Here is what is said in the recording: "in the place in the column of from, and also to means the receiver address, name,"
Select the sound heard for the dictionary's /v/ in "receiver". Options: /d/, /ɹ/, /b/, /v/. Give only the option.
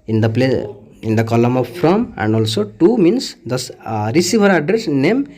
/b/